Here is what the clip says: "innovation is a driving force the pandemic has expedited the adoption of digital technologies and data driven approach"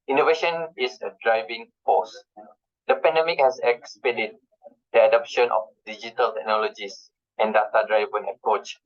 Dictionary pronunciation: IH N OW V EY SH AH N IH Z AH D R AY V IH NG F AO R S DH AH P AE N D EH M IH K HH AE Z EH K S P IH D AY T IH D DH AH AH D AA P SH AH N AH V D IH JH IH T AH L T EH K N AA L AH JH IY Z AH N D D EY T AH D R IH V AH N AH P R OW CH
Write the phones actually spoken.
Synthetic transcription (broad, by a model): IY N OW V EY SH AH N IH S AH D R AY V IH NG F AO S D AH P AE N D EH M IH K HH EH S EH K S P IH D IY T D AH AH D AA P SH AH N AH F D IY JH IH T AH L T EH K N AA L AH JH IY S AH N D D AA T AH D R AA V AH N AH P R OW CH